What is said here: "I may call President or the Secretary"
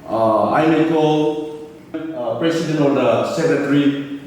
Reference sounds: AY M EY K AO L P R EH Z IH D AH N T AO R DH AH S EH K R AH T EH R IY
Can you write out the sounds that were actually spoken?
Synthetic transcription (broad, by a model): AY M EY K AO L P R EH S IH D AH N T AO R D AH S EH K R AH T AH R IY